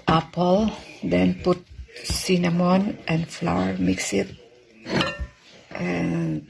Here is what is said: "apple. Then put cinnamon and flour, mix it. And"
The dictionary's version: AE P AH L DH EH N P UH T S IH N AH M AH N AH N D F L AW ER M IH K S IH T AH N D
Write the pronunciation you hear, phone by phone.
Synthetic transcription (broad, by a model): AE P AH L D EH N P UH T S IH N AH M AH N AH N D F L AW ER M IH K S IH T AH N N